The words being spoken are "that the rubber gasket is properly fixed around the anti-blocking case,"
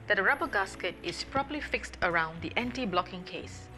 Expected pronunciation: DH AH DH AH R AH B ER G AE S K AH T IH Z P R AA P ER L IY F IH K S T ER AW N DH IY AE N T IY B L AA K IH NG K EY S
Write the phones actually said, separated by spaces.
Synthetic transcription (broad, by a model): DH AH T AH R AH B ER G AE S K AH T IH S P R AA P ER L IY F IH K S T ER AW N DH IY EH N T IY B L AA K IH NG K EY S